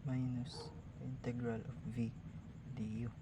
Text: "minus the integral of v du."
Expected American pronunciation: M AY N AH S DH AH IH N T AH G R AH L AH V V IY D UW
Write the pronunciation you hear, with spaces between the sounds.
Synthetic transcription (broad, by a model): M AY N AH S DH IH N T AH G R AH L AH F V IY D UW